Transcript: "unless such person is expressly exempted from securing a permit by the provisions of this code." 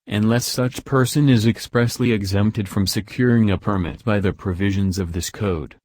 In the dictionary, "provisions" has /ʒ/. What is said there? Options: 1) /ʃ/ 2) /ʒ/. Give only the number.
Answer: 2